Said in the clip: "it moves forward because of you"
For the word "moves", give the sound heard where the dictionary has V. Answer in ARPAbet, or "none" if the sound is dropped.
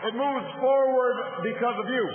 V